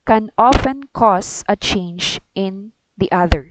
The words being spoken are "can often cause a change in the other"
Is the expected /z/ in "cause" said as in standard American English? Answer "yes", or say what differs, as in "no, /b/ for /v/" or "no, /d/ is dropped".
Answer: no, /s/ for /z/